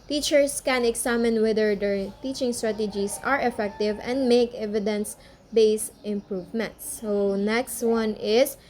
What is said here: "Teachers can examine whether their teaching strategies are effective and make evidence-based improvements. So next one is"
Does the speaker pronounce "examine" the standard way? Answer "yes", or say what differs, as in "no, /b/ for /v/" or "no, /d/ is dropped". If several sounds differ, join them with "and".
no, /s/ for /z/